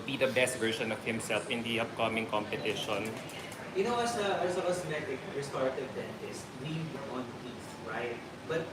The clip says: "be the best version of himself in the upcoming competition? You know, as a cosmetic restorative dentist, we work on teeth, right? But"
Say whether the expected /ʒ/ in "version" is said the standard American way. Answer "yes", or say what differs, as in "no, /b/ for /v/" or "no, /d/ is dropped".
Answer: no, /ʃ/ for /ʒ/